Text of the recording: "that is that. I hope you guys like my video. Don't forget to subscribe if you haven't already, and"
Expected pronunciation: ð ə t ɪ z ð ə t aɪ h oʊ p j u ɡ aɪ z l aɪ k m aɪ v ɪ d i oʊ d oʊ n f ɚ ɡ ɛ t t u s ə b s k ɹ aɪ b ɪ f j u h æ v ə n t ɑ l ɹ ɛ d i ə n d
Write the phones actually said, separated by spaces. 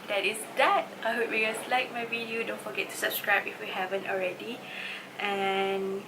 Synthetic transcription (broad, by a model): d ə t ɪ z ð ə t aɪ h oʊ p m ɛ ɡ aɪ s l aɪ k m aɪ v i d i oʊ d oʊ n f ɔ ɡ ɛ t t u s ə b s k ɹ aɪ b ɪ f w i h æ v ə n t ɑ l ɹ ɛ d i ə n